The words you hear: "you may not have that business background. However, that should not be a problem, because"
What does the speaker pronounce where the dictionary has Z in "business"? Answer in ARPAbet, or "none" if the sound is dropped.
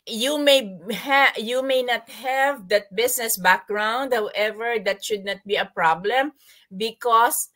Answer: S